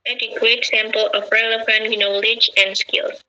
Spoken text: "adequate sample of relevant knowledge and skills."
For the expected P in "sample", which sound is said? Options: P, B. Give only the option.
P